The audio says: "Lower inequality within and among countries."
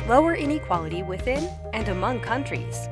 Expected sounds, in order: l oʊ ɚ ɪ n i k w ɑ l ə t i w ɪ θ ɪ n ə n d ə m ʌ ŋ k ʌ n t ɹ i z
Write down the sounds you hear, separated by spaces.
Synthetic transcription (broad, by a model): l oʊ ɚ ɪ n i k w ɑ l ə t i w ɪ θ ɪ n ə n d ə m ʌ ŋ k ʌ n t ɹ i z